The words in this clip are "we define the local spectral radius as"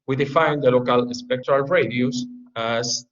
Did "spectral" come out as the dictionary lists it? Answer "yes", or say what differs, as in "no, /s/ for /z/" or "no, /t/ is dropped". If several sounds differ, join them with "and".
yes